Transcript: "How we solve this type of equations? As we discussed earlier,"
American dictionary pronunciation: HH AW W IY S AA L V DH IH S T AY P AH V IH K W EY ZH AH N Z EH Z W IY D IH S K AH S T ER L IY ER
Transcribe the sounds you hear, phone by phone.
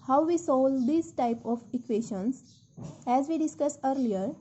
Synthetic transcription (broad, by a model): HH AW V IY S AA L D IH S T AY P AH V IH K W EY SH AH N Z EH Z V IY D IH S K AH S ER L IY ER